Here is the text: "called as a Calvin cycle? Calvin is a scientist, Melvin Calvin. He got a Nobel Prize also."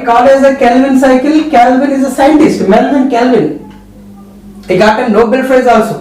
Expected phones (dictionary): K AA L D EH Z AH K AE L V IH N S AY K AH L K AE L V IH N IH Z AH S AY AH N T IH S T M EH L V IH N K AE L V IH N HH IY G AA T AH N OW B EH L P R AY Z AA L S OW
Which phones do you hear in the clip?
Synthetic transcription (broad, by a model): K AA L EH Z AH K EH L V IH N S AY K AH L K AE L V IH N IH Z AH S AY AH N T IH S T M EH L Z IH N K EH L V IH N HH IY G AA T AH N OW B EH L F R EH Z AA L S OW